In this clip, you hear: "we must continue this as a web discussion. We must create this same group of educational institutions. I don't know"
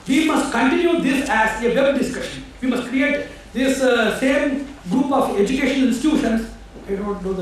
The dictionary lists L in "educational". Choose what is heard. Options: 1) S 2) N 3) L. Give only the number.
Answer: 2